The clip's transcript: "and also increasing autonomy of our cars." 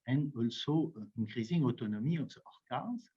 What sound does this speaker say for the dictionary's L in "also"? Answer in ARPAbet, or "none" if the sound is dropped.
L